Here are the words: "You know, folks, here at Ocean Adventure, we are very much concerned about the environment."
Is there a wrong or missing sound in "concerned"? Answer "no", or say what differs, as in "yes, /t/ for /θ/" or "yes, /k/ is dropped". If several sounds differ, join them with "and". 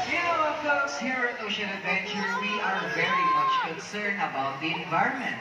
yes, /d/ is dropped